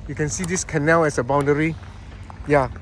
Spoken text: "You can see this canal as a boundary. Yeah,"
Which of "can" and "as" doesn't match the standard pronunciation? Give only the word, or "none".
as